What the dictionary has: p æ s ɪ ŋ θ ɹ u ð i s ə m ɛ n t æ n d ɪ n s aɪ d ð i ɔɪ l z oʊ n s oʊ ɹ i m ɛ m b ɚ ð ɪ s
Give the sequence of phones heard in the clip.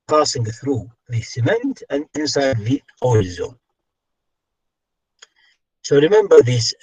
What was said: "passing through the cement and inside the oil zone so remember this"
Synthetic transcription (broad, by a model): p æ s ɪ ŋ θ ɹ u ð i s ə m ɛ n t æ n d ɪ n s aɪ d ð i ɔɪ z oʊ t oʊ ɹ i m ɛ m b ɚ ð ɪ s